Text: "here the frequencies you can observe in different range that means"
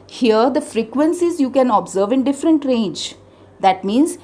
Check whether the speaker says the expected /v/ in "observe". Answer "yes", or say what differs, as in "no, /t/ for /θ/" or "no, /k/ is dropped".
yes